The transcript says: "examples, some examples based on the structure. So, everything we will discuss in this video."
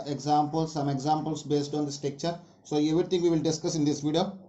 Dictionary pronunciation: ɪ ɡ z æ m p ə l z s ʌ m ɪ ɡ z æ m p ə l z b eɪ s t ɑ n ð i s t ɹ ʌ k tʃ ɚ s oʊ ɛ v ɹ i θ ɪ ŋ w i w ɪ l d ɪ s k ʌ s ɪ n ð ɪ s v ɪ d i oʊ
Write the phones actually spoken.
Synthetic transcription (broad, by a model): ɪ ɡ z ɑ m p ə l s ʌ m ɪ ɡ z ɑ m p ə l s b eɪ s t ɑ n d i s t i k tʃ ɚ s oʊ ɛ v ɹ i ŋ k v i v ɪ l d ɪ s k ʌ s ɪ n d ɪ s v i d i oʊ